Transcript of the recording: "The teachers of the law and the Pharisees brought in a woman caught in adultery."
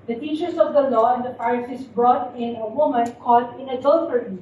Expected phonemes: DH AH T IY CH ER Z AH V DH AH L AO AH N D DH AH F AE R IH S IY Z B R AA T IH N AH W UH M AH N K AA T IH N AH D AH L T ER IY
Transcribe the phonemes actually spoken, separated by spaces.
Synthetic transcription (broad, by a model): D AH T IY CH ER S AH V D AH L AO AH N D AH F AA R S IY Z B R AA T IH N AH W UH M AH N K AA T IH N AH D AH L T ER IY